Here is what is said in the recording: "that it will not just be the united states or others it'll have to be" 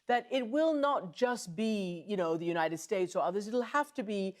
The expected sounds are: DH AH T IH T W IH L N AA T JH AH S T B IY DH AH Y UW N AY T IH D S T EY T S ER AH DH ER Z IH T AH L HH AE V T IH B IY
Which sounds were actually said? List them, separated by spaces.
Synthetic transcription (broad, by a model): DH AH T IH T W IH L N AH T JH AH S T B IY DH AH Y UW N AY T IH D S T EY T S ER AH DH ER Z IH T L HH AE F T IH B IY